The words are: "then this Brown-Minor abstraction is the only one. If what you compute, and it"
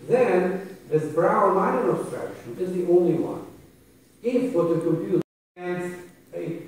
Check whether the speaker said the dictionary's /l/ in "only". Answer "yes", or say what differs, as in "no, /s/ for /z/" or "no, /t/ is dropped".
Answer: yes